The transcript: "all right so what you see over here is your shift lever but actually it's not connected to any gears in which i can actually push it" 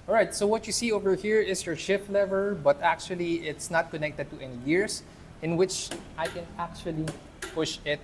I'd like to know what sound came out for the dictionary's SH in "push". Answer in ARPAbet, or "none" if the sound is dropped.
SH